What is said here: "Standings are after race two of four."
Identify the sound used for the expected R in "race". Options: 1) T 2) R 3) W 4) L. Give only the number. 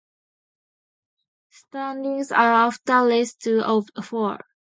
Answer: 4